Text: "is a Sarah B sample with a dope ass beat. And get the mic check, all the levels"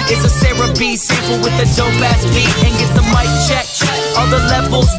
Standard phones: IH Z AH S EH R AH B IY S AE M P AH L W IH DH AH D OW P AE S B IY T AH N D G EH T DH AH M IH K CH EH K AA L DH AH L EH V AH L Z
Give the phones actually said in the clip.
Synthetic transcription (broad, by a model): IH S AH S EH R AH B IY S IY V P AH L W IH DH AH D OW B AE S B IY AH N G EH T DH AH M IH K CH EH K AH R DH AH L EH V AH L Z